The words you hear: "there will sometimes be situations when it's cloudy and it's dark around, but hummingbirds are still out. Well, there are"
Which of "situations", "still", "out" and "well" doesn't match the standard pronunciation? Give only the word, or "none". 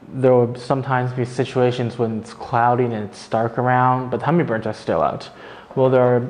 none